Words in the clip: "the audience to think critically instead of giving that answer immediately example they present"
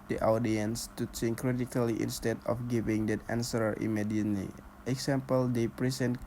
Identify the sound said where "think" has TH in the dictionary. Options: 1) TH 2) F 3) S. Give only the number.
3